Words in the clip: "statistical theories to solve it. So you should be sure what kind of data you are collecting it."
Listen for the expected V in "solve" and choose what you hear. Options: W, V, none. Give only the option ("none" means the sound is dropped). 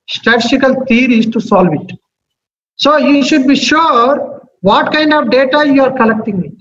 V